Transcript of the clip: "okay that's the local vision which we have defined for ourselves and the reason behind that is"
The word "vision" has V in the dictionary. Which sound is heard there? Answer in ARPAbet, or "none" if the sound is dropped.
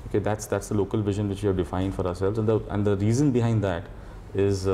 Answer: V